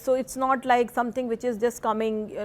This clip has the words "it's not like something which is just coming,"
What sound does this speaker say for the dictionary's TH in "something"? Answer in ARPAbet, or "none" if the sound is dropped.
T